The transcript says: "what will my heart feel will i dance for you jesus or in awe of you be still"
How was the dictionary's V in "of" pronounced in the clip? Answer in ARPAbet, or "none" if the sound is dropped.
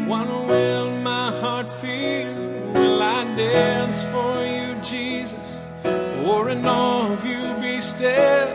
V